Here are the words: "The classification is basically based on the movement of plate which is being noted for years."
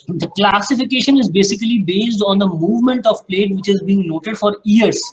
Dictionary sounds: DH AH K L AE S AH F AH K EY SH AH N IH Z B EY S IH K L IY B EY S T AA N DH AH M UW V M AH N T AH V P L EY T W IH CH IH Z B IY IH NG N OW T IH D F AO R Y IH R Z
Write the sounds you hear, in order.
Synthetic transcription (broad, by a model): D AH K L AE S AH F AH K EY SH AH N IH Z B EY S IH K L IY B EY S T AA N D AH M UW V M AH N T AH V P L EY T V IH CH IH Z B IY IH NG N OW T IH D F AO R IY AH R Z